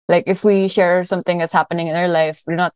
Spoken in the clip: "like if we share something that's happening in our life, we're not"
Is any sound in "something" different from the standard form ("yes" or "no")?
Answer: no